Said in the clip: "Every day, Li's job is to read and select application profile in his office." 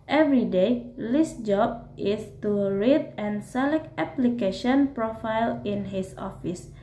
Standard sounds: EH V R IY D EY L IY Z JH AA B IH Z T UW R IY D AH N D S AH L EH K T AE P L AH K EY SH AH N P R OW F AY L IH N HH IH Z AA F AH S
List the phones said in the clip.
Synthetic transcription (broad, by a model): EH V R IY D EY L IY S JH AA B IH S T UW R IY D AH N S AH L EH K T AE P L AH K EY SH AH N P R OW F AY L IH N HH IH S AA F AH S